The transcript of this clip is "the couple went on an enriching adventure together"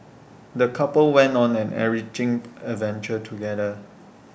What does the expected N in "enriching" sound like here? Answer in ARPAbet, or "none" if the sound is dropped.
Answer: none